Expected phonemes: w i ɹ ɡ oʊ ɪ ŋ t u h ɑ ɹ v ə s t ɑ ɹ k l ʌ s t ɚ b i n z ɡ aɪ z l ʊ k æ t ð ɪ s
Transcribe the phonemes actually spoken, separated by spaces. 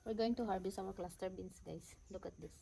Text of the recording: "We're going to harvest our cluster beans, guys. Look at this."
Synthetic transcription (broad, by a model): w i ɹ ɡ oʊ ɪ ŋ t u h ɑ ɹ b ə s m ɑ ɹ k l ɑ s t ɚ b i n s ɡ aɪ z l ʊ k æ t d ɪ s